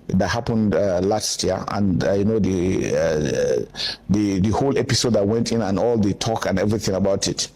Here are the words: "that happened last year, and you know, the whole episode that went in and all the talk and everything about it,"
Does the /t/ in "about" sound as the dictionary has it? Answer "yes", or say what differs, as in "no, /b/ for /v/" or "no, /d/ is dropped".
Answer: yes